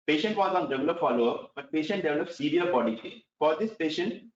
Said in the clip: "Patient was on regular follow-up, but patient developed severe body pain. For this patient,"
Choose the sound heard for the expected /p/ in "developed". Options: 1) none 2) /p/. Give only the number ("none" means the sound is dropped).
1